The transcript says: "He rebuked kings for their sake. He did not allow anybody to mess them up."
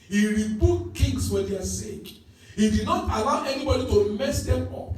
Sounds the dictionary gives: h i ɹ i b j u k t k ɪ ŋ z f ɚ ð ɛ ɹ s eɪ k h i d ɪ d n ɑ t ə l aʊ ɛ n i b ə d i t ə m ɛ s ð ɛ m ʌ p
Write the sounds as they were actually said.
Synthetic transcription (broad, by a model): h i ɹ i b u t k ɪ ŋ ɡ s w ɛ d s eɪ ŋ h i d ɪ d n ɑ t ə l aʊ ɛ n i b ə d i t ə m ɛ s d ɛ m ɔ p